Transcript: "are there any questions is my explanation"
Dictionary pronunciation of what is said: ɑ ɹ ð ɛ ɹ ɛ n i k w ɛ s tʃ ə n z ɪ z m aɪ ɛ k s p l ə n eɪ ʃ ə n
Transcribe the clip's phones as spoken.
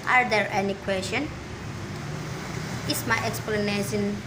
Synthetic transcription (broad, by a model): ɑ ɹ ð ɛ ɹ ɛ n i k w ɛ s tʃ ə n ɪ s m aɪ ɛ k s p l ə n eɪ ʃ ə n